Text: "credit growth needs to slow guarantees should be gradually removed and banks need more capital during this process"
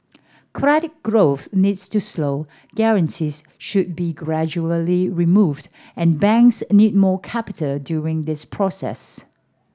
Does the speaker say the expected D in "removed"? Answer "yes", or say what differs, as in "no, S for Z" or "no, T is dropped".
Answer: yes